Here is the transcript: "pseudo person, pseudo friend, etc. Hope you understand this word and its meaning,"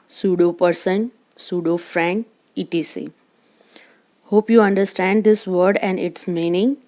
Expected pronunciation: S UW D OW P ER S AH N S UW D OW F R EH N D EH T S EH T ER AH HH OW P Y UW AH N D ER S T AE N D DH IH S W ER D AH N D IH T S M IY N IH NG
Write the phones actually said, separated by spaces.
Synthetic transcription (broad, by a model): S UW D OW P ER S AH N S UW D OW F R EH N IY T IY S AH HH OW P Y UW AH N D ER S T AE N D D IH S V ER D AH N D IH T S M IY N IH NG